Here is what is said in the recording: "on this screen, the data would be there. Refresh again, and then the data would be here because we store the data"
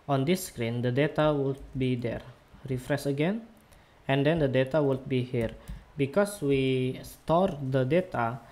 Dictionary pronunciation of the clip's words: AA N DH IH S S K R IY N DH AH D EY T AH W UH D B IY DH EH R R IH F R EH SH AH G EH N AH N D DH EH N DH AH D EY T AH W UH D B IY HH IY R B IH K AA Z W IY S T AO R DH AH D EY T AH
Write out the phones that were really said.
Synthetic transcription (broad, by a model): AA N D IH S S K R IY N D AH D EY T AH W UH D B IY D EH R R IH F R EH S AH G EH N AH N D EH N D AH D EY T AH W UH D B IY HH IY R B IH K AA S W IY S T AO R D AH D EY T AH